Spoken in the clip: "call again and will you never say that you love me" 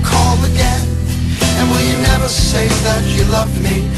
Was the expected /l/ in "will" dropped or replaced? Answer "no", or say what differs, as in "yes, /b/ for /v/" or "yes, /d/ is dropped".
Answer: yes, /n/ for /l/